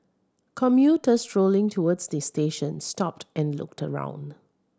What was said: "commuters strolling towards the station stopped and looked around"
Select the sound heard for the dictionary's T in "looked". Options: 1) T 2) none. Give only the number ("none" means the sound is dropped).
1